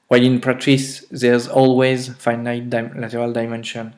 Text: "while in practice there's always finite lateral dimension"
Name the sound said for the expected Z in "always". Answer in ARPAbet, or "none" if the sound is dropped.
Z